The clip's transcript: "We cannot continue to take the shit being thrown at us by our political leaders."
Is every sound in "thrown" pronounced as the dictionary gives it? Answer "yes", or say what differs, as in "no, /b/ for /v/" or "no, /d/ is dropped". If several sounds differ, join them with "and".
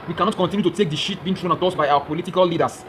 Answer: no, /t/ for /θ/